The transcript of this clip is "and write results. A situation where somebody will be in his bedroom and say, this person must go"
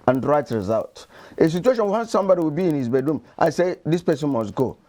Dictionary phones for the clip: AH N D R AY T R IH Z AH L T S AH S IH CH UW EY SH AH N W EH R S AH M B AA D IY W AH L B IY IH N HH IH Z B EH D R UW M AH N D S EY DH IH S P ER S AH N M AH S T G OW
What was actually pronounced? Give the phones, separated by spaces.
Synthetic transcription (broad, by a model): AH N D R AY T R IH Z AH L T AH S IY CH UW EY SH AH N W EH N S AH M B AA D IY W AH L B IY IH N HH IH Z B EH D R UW M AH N S EY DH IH S P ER S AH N M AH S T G OW